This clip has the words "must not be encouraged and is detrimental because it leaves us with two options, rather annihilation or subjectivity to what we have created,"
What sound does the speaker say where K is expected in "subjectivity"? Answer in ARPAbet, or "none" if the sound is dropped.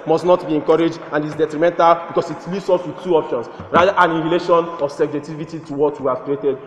none